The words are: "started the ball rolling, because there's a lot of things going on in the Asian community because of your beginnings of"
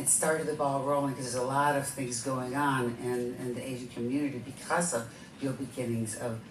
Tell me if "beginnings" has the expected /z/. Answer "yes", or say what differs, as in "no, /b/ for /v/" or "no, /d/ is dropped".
yes